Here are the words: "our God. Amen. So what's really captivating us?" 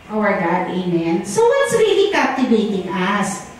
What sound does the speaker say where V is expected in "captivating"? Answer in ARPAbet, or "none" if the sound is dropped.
B